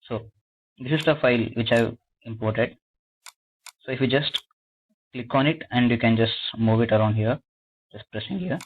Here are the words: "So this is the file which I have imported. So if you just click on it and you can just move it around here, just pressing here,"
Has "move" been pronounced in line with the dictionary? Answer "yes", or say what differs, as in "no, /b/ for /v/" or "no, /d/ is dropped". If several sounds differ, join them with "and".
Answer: yes